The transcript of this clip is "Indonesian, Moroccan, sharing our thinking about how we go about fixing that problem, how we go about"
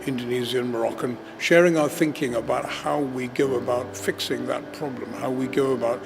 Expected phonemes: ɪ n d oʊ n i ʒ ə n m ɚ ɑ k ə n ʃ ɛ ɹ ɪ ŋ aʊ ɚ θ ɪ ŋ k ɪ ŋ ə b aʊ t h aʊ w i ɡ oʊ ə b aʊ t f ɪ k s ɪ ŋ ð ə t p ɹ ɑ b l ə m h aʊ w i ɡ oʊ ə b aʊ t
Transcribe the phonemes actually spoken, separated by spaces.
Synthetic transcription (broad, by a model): ɪ n d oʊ n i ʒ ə n m ɚ ɑ k ə n ʃ ɛ ɹ ɪ ŋ aʊ ɚ θ ɪ ŋ k ɪ ŋ ə b aʊ t h aʊ w i ɡ oʊ ə b aʊ t f ɪ k s ɪ ŋ ð ə t p ɹ ɑ b l ə m h aʊ w i ɡ oʊ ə b aʊ t